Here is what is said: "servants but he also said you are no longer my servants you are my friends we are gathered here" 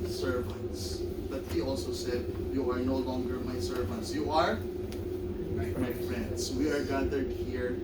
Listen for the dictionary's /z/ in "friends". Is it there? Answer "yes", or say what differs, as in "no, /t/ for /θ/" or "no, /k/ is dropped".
no, /s/ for /z/